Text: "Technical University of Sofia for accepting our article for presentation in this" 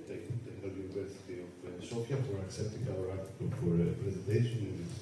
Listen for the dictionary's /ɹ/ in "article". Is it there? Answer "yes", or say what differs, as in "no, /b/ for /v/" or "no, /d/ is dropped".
no, /l/ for /ɹ/